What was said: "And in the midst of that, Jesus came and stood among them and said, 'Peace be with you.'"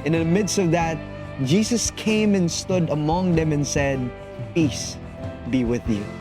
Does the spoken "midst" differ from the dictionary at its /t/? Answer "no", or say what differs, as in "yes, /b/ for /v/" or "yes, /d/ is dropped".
no